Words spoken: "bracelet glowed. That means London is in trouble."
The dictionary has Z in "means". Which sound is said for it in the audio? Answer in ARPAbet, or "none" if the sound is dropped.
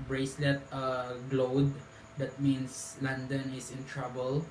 S